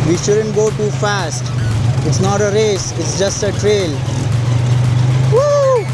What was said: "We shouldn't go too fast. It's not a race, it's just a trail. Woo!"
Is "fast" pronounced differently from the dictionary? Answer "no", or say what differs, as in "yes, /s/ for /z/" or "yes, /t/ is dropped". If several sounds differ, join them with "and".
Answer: no